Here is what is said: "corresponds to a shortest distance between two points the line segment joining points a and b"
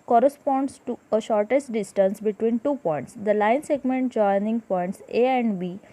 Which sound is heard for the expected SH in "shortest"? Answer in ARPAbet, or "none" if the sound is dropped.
SH